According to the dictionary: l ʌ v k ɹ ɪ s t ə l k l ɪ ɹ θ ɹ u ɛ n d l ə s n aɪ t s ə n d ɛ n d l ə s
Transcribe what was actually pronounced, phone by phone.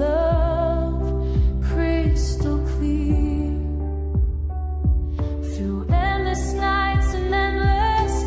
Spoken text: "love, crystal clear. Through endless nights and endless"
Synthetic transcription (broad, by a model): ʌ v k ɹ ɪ s t l k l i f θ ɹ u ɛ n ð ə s n aɪ t s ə n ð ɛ n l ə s